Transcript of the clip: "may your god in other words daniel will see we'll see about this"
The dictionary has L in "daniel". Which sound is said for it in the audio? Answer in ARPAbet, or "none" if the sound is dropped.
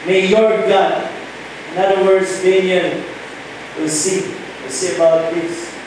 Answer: N